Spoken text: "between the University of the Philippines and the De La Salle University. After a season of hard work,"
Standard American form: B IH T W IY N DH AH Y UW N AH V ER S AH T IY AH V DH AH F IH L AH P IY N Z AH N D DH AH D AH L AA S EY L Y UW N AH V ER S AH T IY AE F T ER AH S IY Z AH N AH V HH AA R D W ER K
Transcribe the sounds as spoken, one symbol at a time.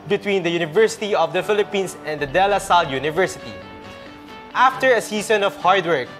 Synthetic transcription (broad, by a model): B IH T W IY N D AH Y UW N AH V ER S AH T IY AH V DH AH F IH L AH P IY N S AH N D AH D AH L AA S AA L Y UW N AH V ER S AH T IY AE F T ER AH S IY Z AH N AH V HH AA R D W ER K